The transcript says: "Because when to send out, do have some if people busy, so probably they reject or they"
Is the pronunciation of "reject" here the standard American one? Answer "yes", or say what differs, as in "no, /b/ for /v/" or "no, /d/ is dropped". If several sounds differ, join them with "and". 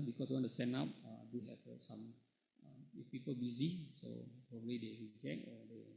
no, /t/ is dropped